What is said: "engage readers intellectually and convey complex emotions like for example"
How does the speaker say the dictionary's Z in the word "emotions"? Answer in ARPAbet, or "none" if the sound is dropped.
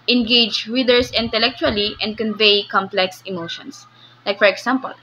S